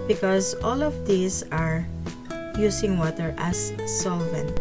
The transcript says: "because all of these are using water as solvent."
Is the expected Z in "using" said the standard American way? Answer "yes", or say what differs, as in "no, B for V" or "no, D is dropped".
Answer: no, S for Z